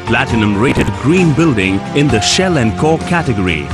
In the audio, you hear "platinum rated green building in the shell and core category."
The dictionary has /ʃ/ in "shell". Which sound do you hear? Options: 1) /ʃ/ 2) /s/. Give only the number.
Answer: 1